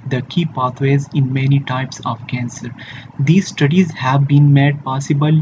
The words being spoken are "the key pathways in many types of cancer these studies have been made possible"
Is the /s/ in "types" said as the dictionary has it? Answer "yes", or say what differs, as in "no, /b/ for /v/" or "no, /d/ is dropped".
yes